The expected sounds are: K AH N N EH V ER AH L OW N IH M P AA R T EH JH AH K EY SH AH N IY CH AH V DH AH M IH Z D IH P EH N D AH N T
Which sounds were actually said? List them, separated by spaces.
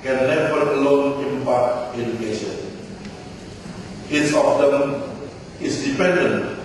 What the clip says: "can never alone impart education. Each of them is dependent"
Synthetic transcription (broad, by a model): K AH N N EH V ER AH L OW N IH M P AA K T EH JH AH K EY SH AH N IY S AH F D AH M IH S D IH P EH N D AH N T